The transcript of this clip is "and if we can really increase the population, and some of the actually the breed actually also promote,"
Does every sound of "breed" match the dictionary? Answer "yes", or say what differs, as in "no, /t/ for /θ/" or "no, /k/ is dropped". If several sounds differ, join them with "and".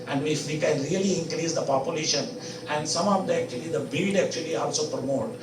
no, /ɹ/ is dropped